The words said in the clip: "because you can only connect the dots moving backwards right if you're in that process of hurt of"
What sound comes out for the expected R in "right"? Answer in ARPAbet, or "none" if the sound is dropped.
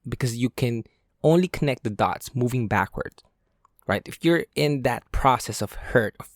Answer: R